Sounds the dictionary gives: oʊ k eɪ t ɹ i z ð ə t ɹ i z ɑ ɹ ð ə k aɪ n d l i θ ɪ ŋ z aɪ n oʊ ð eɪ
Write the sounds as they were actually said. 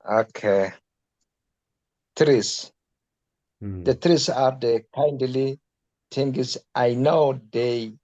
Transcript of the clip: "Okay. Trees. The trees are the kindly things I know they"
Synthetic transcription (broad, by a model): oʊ k eɪ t ɹ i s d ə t ɹ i s ɑ ɹ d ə k aɪ n d l i t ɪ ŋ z aɪ n oʊ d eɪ